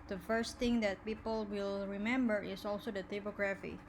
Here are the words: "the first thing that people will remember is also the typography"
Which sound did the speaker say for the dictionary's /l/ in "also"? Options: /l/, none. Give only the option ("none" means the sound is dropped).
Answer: /l/